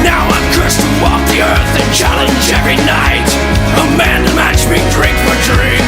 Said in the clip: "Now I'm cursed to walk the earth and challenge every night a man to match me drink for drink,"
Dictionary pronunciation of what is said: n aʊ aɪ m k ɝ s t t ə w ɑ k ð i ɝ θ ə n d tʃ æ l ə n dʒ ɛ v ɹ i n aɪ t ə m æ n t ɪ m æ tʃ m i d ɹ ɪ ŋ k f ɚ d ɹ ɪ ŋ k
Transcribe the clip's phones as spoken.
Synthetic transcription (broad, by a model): n aʊ aɪ m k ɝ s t t ə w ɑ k ð i ɝ θ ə n tʃ æ l ə n dʒ ɛ v ɹ i n aɪ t ə m æ n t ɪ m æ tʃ m i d ɹ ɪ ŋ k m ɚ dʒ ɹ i